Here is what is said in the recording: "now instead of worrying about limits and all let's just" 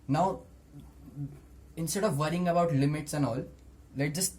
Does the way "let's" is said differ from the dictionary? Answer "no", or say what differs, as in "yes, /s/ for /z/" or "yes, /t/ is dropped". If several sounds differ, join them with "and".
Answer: yes, /s/ is dropped